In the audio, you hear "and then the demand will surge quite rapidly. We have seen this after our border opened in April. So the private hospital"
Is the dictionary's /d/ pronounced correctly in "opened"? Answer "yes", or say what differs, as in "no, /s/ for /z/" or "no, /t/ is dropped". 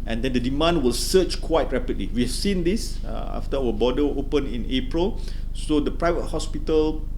no, /d/ is dropped